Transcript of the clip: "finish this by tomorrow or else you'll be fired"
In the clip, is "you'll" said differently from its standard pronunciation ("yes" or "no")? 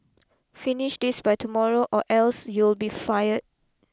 no